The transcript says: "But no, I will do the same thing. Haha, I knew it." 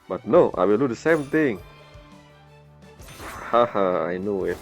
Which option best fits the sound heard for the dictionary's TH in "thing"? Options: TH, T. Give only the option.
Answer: T